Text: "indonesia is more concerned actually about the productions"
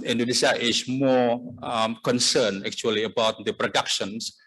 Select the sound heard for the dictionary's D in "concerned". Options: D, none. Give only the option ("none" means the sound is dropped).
none